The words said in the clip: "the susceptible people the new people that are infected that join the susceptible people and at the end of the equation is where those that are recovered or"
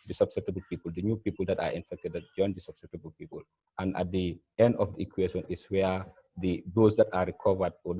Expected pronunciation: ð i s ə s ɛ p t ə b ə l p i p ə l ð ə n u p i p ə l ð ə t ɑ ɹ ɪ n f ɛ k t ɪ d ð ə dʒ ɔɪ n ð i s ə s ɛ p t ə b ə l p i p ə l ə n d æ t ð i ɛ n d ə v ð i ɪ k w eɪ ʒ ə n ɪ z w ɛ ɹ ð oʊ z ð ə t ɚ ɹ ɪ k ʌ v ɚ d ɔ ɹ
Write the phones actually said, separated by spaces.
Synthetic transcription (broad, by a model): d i s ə s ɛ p t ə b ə l p i p ə l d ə n u p i p ə l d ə t ɑ ɹ ɪ n f ɛ k t ɪ d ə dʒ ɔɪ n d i s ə s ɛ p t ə b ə l p i p ə l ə n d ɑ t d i ɛ n d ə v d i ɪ k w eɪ ʃ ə n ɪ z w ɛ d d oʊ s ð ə t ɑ ɹ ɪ k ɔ v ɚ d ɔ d